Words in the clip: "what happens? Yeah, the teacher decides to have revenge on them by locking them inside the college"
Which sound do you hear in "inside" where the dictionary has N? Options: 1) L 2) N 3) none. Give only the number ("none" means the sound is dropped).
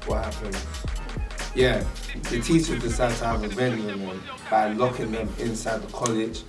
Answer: 2